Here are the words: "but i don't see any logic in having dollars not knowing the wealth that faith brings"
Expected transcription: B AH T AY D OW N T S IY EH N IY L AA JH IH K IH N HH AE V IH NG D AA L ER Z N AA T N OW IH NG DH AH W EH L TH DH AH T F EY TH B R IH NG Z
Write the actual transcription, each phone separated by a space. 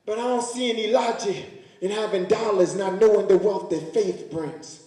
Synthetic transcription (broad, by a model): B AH T AY D OW N T S IY EH N IY L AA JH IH IH N HH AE V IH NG D AA L ER Z N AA T N OW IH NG DH AH W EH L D DH AH T F EY TH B R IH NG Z